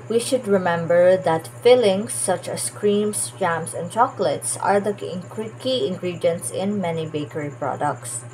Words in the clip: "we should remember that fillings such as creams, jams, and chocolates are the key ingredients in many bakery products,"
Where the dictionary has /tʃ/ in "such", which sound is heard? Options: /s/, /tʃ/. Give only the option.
/tʃ/